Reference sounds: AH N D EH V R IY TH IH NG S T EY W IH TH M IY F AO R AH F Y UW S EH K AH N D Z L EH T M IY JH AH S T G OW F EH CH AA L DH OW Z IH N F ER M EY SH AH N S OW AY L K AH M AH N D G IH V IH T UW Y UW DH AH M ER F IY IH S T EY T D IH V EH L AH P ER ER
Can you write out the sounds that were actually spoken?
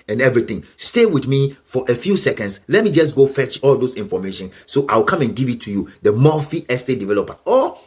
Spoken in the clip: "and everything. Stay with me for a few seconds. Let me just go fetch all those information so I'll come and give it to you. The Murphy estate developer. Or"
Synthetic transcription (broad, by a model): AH N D EH V R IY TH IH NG S T EY W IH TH M IY F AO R AH F Y UW S EH K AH N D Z L EH T M IY JH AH S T G OW F EH CH AA L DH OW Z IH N F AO M EY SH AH N S OW AY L K AH M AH N G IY V IH T UW Y UW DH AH M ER F IY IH S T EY D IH V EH L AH P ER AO